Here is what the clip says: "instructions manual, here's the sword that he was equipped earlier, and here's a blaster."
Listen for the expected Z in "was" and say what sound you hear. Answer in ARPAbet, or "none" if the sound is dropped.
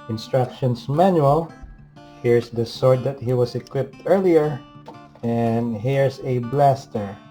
S